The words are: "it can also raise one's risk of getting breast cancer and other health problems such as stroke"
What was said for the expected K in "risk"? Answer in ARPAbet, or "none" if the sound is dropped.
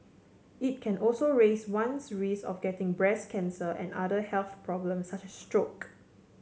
none